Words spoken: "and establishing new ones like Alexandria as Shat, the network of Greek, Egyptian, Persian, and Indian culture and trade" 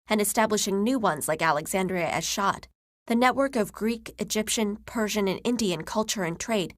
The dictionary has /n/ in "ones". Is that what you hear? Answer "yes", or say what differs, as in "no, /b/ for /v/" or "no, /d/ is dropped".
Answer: yes